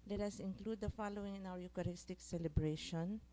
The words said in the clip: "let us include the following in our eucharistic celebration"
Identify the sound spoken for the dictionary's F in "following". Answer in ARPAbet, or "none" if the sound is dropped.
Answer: F